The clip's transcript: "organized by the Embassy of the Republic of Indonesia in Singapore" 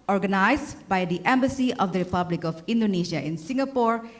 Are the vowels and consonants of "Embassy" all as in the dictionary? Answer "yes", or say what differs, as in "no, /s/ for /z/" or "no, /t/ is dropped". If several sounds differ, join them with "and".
yes